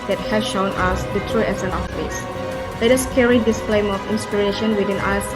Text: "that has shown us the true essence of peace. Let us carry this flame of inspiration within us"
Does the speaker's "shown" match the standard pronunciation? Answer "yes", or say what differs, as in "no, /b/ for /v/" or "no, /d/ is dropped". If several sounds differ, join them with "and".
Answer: yes